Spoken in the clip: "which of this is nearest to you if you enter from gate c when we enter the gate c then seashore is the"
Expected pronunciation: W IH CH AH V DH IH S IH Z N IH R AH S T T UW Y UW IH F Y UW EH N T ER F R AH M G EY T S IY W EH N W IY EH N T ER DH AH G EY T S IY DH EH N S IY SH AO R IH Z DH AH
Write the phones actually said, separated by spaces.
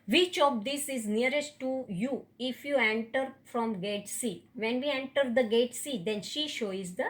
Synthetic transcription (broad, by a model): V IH CH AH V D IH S IH Z N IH R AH S T T UW Y UW IH F Y UW EH N T ER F R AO M G EY T S IY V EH N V IY EH N T ER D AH G EY T S IY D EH N SH IY SH AO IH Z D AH